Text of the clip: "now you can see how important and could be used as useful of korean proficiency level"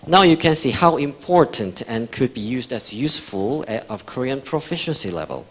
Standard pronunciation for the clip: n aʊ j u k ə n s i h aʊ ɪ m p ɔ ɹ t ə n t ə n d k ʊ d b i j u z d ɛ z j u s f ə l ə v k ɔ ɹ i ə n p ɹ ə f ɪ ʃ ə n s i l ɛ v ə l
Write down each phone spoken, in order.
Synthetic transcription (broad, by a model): n aʊ j u k ə n s i h aʊ ɪ m p ɔ ɹ t ə n t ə n k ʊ d b i j u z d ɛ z j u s f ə l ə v k ɔ ɹ i ə n p ɹ ə f ɪ ʃ ə n s i l ɛ v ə l